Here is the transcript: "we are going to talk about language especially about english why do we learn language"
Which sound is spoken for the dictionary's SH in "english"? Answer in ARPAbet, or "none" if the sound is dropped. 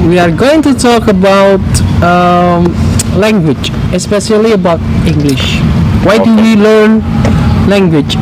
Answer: SH